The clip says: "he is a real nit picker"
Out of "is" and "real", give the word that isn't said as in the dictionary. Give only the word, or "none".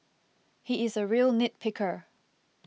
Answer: none